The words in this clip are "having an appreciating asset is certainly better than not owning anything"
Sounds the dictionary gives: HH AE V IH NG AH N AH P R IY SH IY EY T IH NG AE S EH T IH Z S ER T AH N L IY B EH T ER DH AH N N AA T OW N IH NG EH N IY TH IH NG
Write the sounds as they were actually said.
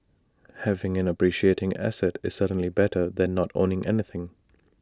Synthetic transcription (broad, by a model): HH AE V IH NG AH N AH P R IY SH IY EY T IH NG AE S EH T IH Z S ER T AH N L IY B EH T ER DH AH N N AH T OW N IH NG EH N IY TH IH NG